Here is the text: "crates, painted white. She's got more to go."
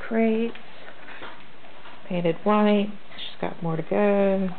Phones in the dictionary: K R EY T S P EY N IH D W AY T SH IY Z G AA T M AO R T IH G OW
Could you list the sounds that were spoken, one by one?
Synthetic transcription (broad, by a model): K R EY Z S P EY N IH D W AY T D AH S G AA T M AO R T IH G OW